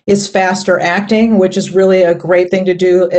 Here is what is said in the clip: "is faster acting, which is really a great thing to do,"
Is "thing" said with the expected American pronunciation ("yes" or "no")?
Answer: yes